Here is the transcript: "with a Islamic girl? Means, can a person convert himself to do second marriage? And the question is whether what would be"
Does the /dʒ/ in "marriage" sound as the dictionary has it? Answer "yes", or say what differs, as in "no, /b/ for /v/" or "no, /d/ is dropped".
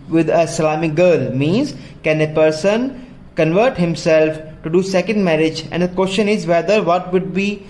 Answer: yes